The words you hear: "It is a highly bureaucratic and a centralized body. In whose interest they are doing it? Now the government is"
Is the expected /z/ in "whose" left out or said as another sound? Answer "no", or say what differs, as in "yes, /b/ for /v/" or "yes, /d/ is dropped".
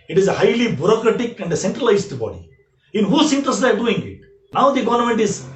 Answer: yes, /s/ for /z/